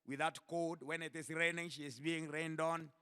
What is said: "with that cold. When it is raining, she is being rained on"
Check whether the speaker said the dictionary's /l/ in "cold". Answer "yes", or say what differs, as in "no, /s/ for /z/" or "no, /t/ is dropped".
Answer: no, /l/ is dropped